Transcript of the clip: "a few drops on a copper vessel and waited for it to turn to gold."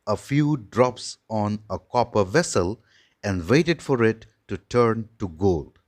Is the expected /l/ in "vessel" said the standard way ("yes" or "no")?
yes